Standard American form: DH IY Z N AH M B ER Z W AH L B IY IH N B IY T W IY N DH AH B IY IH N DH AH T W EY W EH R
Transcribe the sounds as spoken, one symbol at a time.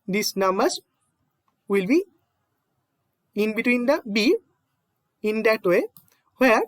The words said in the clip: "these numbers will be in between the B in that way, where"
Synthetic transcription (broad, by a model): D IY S N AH M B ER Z W AH L B IY IH N B IY T W IY N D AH B IY IH N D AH T W EY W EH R